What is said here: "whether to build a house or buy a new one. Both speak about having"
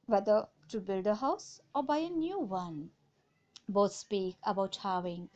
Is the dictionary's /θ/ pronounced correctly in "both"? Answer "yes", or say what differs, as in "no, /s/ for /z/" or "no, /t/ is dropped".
no, /t/ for /θ/